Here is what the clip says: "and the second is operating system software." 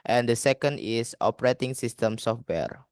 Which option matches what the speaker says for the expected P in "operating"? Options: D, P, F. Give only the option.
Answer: P